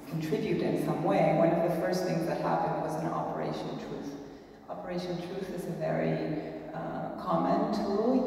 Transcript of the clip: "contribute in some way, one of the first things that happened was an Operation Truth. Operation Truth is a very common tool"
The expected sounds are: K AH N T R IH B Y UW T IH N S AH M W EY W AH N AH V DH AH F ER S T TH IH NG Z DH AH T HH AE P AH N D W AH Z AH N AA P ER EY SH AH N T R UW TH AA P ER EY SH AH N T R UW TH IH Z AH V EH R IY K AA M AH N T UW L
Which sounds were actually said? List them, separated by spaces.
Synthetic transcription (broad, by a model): K N T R IH B Y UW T IH N S AH M W EY W AH N AH V DH AH F ER S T TH IH NG Z DH AH T HH AE P AH N D W AH Z AH N AA P ER EY SH AH N T R UW TH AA P ER EY SH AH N T R UW TH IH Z AH V EH R IY K AA M AH N T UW L